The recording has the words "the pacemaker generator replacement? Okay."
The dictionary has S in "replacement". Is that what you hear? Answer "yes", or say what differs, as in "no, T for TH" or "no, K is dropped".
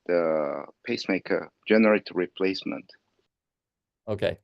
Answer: yes